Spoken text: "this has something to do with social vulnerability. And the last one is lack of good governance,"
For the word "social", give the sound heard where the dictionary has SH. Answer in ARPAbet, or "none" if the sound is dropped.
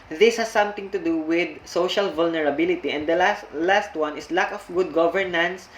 SH